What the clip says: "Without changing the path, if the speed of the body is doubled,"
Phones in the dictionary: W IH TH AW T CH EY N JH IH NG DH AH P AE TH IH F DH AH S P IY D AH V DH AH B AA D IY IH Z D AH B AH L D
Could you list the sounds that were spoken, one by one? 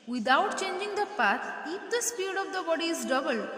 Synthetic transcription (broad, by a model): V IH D AW T CH EY N JH IH NG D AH P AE T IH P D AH S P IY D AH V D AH B AA D IY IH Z D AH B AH L